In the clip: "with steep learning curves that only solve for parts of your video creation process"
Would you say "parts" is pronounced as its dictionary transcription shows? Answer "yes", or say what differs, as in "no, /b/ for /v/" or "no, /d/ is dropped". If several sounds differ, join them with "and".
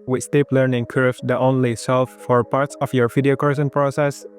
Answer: yes